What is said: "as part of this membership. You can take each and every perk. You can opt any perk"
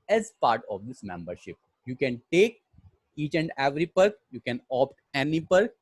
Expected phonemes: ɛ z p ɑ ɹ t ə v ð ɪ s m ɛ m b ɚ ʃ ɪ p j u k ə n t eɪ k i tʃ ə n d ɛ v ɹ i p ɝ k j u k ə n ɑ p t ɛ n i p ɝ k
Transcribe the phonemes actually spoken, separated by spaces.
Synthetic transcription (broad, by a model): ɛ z p ɑ ɹ t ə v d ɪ s m ɛ m b ɚ ʃ ɪ p j u k ə n t eɪ k i tʃ ə n d ɛ v ɹ i p ɝ k j u k ə n ɑ p t ɛ n i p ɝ k